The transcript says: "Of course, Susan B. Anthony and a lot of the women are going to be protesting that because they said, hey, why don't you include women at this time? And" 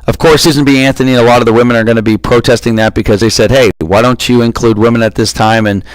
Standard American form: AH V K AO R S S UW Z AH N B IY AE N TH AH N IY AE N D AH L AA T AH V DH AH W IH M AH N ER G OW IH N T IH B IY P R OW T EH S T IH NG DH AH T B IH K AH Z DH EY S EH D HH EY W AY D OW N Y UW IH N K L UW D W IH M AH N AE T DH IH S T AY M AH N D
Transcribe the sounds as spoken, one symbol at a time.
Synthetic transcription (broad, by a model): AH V K AO R S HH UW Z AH N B IY AE N TH AH N IY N AH L AA T AH V DH AH W IH M AH N ER G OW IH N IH B IY P R OW T EH S T IH NG DH AH T B IH K AH Z DH EY S EH D HH EY W AY D OW N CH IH IH N K L UW D W IH M AH N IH T DH IH S T AY M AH N